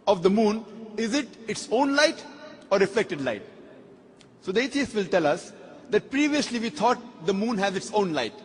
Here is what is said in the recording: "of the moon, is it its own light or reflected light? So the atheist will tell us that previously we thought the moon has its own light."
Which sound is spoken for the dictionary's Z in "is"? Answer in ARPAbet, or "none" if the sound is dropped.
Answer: Z